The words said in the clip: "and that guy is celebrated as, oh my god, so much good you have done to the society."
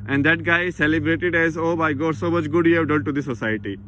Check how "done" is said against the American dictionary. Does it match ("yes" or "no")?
no